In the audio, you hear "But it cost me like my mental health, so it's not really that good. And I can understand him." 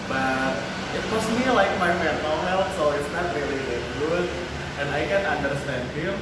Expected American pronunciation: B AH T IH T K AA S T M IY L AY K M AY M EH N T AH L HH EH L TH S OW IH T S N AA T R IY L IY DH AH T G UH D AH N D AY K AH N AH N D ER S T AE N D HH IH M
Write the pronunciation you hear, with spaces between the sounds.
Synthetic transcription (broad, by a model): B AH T IH T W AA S M IY L AY K M AY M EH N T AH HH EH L T S OW IH T S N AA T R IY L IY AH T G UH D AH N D AY K AH N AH N D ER S T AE N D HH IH M